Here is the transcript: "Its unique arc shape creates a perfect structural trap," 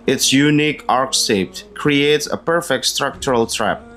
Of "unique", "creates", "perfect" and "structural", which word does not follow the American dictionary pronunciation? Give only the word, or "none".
none